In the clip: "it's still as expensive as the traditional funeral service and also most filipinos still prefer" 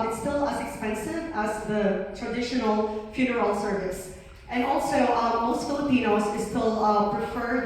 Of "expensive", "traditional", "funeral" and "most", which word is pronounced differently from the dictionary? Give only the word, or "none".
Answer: none